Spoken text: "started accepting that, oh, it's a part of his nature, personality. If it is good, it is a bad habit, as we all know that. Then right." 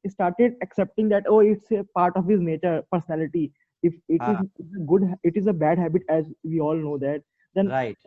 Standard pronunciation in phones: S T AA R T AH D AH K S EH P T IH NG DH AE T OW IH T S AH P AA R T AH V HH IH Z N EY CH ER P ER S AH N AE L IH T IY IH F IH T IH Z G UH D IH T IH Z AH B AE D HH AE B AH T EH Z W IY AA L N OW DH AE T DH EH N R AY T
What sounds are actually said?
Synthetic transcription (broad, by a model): S T AA R T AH D AH K S EH P T IH NG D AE T OW IH T S AH P AA R T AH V HH IH Z N EY CH ER P ER S AH N AE L IH T IY IH F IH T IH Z G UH D IH T IH Z AH B AE D HH AE B AH T EH Z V IY AA L N OW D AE T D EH N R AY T